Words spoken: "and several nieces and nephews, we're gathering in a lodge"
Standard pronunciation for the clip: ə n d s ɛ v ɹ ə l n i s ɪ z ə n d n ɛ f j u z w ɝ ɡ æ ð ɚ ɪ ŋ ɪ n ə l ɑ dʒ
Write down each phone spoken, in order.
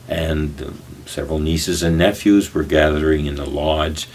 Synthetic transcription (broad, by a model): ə n s ɛ v ɹ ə l n i s ɪ z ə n n ɛ f j u z w ɝ ɡ æ ð ɚ ɪ ŋ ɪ n ə l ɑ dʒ